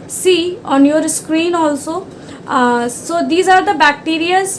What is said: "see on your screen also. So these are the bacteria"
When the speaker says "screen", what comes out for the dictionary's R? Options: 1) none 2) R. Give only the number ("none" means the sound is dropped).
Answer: 2